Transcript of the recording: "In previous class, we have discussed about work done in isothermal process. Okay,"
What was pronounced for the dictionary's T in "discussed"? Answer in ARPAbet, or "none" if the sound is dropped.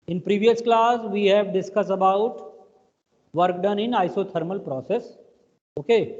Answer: none